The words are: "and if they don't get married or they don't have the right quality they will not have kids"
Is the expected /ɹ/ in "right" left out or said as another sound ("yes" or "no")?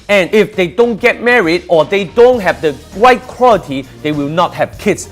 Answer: yes